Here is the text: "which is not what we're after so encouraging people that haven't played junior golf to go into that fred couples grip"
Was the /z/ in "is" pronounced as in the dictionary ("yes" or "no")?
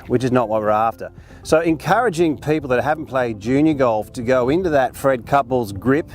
yes